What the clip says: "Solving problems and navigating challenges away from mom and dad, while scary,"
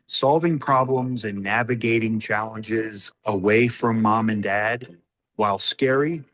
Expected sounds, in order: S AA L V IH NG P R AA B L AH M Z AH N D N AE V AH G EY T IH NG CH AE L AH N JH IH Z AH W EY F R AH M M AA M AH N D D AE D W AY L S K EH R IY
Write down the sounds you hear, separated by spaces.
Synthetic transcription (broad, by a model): S AA L V IH NG P R AA B L AH M Z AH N N AE V AH G EY T IH NG CH AE L AH N JH IH Z AH W EY F R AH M M AA M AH N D D AE D W AY L S K EH R IY